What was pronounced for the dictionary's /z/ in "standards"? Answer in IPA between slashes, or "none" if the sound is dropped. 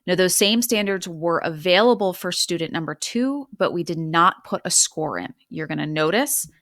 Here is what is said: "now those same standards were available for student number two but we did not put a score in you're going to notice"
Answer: /z/